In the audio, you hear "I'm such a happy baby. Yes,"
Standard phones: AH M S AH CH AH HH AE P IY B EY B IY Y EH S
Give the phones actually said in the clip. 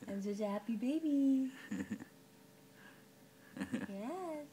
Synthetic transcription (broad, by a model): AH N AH S AH HH AE P IY B EY B IY Y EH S